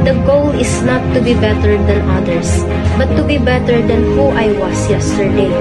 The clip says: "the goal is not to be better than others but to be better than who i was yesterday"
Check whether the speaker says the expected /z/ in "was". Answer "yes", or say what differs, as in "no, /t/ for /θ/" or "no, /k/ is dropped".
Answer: no, /s/ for /z/